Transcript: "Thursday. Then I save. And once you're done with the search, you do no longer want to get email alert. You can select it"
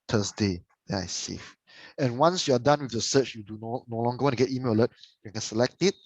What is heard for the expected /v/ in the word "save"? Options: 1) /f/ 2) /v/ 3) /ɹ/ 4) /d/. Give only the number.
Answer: 1